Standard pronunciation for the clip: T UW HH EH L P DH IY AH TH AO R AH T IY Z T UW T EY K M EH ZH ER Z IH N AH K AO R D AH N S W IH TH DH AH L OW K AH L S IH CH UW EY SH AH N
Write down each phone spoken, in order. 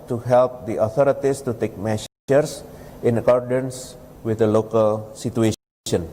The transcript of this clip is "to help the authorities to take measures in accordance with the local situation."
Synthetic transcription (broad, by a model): T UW HH EH L P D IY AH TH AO R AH T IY S T UW T EY K M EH S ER S IH N AH K AO R D AH N S W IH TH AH L OW K AH L S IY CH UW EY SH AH N